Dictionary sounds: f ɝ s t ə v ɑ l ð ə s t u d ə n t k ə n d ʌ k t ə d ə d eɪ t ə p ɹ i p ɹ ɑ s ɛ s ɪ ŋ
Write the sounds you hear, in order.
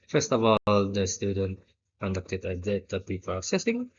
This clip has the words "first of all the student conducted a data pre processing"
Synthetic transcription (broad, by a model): f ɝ s t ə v ɑ l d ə s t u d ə n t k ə n d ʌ k t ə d ə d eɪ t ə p i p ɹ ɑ s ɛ s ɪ ŋ